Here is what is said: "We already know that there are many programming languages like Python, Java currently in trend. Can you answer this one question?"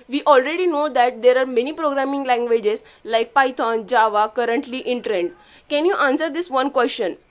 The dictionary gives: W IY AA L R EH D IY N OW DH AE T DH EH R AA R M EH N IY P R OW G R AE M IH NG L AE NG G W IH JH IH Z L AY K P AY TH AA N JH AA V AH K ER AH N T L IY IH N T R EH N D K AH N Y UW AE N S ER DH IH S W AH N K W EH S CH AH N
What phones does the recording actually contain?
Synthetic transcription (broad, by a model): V IY AA L R EH D IY N OW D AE T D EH R AA R M EH N IY P R OW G R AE M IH NG L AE NG G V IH JH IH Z L AY K P AY T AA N JH AA V AH K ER AH N T L IY IH N T R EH N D K AH N Y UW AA N S ER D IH S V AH N K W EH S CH AH N